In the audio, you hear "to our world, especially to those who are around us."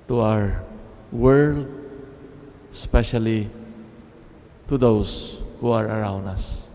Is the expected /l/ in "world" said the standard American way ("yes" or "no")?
yes